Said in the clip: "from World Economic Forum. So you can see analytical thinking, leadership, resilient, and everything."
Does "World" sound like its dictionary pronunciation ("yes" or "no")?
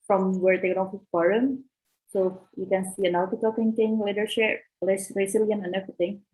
no